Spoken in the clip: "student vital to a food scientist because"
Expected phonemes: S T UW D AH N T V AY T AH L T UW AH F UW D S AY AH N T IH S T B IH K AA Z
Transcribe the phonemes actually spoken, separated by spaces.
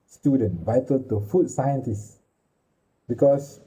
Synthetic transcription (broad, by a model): S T UW D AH N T V AY T AH L T UW F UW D S AY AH N T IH S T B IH K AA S